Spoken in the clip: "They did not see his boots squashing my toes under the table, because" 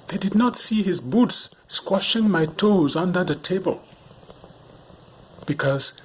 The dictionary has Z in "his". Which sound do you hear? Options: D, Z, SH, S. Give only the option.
Z